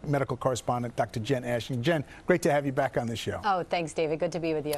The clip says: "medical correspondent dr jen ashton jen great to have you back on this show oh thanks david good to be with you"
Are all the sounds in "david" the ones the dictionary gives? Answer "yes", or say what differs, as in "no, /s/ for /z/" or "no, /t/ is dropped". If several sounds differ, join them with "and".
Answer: yes